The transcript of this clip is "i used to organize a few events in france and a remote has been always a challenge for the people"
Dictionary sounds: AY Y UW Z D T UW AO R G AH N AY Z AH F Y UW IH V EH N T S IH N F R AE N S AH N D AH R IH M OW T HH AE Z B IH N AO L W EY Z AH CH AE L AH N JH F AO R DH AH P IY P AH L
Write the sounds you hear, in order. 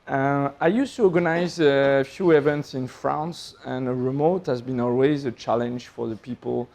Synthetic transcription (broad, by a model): AY Y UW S T UW AO R G AH N AY Z AH F Y UW IH V EH N T S IH N F R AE N S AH N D AH R IH M OW T HH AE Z B IH N AO L W EY Z AH CH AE L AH N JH F AO R DH AH P IY P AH L